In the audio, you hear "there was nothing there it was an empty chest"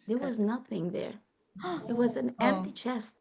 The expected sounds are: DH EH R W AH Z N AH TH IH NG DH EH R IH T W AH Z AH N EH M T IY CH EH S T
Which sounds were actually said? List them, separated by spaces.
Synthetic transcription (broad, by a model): DH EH R W AH Z N AH TH IH NG DH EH R IH T W AH Z AH N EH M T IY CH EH S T